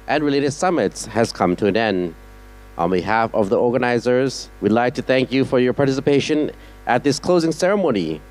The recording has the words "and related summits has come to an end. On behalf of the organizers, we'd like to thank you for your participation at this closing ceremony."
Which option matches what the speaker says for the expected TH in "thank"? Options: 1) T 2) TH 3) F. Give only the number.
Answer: 2